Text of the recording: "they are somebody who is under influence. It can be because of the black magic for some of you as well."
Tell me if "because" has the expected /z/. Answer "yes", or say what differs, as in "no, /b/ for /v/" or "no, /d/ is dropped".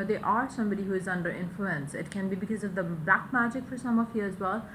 yes